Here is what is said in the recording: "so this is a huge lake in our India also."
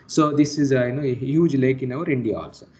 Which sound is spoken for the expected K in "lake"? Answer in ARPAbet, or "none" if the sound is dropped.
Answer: K